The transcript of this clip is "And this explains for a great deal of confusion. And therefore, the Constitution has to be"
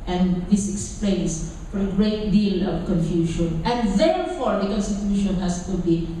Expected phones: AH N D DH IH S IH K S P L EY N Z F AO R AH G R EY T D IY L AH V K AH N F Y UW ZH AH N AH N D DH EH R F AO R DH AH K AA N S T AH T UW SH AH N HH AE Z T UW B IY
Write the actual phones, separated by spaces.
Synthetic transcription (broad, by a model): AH N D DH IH S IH K S P L EY N S F AO R AH G R EY T D IY L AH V K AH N F Y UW SH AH N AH N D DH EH R F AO R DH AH K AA N S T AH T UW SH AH N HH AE S T UW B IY